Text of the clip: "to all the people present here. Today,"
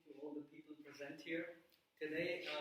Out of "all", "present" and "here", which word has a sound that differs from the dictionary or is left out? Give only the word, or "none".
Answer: none